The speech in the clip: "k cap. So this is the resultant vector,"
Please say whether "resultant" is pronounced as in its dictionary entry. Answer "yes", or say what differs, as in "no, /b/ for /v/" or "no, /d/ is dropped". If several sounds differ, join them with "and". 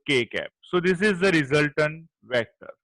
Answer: yes